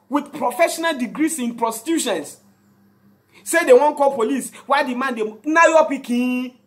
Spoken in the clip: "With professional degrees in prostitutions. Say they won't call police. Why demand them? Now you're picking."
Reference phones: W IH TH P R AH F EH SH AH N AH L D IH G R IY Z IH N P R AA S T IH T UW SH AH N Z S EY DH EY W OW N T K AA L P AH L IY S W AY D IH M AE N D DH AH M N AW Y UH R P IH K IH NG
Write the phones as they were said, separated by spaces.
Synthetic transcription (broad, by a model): W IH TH P R AH F EH SH AH N AH L D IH G R IY S IH N P R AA S T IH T UW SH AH N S S EY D EY W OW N K AA L P AH L IY S W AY D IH M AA N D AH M N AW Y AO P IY K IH